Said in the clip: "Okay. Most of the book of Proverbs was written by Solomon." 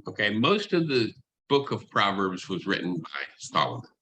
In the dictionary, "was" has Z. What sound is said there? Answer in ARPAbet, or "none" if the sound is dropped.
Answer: Z